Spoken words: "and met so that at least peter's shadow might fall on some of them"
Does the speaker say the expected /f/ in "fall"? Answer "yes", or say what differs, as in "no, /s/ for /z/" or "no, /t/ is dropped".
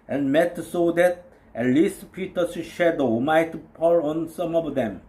no, /p/ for /f/